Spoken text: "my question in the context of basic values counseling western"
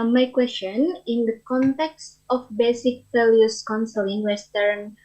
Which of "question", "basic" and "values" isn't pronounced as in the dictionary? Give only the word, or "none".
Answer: values